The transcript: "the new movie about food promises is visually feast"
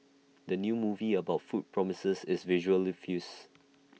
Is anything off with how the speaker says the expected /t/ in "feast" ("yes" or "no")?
yes